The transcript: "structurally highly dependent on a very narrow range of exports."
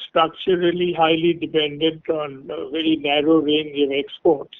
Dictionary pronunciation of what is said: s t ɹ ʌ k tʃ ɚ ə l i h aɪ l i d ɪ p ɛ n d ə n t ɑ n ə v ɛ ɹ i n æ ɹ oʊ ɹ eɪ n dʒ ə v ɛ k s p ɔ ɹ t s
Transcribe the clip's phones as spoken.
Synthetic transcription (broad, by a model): s t ɹ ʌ k tʃ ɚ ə l i h aɪ l i d ɪ p ɛ n d ə n t ɑ n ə v ɛ ɹ i n æ ɹ oʊ ɹ eɪ n dʒ ə v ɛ k s p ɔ ɹ t s